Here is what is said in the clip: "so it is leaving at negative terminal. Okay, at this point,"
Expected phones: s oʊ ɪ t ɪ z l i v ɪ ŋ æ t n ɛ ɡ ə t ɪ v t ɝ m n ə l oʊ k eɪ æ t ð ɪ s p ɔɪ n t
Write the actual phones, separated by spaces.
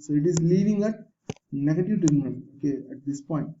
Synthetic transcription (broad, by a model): s oʊ ɪ t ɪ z l i v ɪ ŋ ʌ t n ɛ ɡ ə t ɪ v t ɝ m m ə n oʊ k eɪ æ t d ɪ s p ɔɪ n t